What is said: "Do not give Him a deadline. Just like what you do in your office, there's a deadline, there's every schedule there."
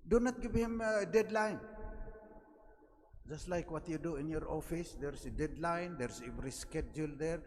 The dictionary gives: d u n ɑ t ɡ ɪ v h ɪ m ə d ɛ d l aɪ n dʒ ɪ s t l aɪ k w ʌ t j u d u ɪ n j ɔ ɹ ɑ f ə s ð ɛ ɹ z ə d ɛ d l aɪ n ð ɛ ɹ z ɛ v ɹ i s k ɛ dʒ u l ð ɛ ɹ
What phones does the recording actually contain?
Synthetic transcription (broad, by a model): d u n ɑ t ɡ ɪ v h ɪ m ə d ɛ d l aɪ n dʒ ɪ s t l aɪ k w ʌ t j u d u ɪ n j ɔ ɹ ɑ f ə s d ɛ ɹ s ə d ɛ d l aɪ n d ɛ ɹ s ɛ v ɹ i s k ɛ dʒ u l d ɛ ɹ